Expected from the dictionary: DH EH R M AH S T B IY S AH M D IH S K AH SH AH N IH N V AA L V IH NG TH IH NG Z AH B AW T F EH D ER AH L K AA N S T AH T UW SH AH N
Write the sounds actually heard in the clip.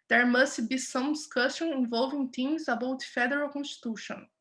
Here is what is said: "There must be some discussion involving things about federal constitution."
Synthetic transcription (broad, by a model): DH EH R M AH S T B IY S AH M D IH S K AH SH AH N IH N V AA L V IH NG T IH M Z AH B AW T F EH D ER AH L K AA N S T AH T UW SH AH N